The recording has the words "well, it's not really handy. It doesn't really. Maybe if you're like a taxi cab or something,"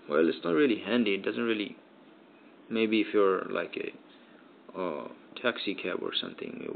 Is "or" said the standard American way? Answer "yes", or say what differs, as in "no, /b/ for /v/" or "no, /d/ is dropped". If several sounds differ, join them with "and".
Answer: yes